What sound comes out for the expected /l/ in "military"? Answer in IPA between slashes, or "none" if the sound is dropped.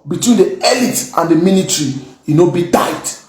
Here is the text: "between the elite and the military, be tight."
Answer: /n/